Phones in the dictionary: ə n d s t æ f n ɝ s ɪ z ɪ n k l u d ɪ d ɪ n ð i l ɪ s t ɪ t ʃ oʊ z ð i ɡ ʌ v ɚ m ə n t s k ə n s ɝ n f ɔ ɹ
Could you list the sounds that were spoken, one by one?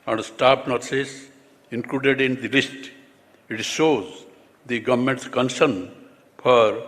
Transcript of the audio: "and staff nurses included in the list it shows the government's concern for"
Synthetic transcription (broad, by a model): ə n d s t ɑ p n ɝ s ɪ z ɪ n k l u d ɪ d ɪ n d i l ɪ s t ɪ t ʃ oʊ z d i ɡ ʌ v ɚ m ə n t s k ə n s ɝ n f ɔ ɹ